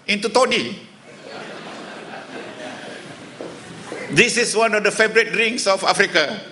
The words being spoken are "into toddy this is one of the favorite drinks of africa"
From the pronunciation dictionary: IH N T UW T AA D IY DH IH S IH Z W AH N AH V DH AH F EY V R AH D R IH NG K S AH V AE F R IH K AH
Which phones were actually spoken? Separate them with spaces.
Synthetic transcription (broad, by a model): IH N T UW T AA D IY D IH S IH S W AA N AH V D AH F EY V R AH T R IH NG S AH F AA F R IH K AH